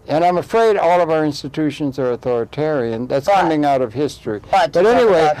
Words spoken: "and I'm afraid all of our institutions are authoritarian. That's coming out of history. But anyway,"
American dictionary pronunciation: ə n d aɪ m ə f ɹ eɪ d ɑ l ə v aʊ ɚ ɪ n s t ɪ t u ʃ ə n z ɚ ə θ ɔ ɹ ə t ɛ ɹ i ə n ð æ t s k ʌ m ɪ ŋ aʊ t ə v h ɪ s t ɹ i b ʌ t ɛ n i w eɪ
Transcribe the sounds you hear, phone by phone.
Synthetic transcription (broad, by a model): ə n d aɪ m ə f ɹ eɪ d ɑ l ə v aʊ ɚ ɪ n s t ɪ t u ʃ ə n z ɚ ə θ ɔ ɹ ə t ɛ ɹ i ə n ð æ t s k ʌ m ɪ ŋ aʊ t ə v h ɪ s t ɹ i b ʌ t ɛ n i w eɪ